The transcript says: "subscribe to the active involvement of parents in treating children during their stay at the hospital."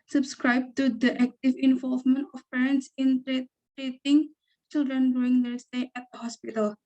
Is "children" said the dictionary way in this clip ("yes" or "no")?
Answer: yes